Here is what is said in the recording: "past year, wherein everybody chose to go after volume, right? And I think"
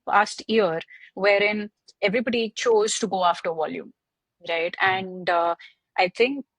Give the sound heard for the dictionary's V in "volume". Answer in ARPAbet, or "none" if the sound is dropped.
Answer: V